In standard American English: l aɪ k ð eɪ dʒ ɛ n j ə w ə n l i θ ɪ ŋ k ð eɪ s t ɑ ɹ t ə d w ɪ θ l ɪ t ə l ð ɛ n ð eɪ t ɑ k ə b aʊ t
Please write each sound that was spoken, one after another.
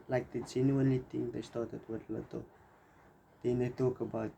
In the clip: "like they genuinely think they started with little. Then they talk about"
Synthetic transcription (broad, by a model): l aɪ k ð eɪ dʒ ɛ n j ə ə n l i t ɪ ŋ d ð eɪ s t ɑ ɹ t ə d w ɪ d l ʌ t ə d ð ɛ n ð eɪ t ɑ k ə b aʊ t